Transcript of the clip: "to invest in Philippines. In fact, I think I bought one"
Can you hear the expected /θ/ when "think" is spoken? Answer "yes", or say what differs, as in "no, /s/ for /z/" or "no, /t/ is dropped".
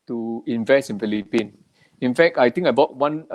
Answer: no, /t/ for /θ/